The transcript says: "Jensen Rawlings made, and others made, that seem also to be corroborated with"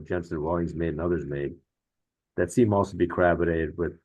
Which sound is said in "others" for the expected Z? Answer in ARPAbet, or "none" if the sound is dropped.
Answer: Z